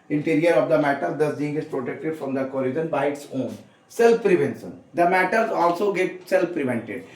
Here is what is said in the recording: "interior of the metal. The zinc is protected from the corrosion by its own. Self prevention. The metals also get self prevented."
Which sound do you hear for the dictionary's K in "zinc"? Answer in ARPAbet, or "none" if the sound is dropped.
none